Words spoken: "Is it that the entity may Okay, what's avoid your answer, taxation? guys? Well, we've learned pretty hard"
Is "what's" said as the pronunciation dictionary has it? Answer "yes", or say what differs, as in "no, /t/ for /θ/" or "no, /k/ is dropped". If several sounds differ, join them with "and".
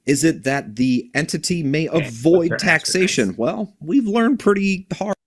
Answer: no, /s/ is dropped